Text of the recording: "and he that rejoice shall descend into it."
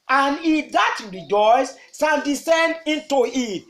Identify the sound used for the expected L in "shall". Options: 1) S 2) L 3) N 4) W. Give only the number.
3